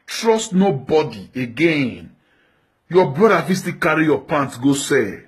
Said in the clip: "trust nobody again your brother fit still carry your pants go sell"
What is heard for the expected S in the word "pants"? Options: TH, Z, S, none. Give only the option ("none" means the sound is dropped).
none